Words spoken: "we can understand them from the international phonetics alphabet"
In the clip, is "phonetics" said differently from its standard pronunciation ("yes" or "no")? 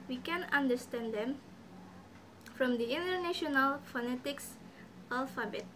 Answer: no